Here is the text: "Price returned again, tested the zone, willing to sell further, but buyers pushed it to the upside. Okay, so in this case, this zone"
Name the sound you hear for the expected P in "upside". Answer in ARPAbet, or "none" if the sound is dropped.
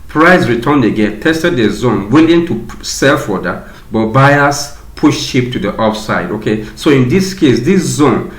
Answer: F